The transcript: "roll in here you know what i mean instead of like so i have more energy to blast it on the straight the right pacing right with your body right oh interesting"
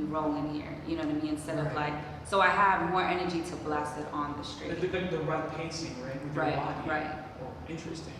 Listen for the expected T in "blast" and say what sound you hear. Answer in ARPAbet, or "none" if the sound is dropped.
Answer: none